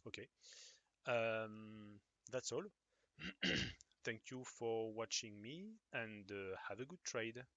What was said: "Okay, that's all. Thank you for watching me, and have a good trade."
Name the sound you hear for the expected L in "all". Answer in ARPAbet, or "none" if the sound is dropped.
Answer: L